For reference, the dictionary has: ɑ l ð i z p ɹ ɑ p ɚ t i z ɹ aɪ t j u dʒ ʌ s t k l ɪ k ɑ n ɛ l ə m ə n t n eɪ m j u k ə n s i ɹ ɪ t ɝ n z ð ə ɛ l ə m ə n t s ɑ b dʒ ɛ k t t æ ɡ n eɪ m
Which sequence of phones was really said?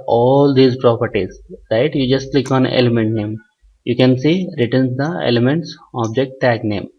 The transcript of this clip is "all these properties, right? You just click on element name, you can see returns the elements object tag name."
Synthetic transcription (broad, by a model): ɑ l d i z p ɹ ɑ p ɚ t i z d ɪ t j u dʒ ʌ s t l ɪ k ɑ n ɛ l ə m ə n t n eɪ m j u k ə n s i ɹ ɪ t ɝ n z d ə ɛ l ə m ə n t s ɑ b dʒ ɛ k t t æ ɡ n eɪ m